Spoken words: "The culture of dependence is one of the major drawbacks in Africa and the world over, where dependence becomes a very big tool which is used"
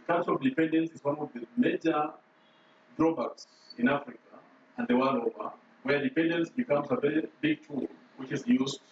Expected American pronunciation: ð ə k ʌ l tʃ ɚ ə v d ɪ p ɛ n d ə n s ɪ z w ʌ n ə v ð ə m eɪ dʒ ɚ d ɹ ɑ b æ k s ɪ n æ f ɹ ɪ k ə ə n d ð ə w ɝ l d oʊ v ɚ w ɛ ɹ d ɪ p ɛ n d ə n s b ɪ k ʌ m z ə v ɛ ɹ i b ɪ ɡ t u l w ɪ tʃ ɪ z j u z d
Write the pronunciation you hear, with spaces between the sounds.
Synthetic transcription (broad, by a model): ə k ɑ tʃ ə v d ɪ p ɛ n d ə n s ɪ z w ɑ n ə v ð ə m eɪ dʒ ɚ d ɹ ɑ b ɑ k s ɪ n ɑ f ɹ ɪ k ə ə n d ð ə w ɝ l oʊ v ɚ w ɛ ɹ d ɪ p ɛ n d ə n s b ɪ k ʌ m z ə v ɛ ɹ i b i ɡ t u l w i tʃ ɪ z j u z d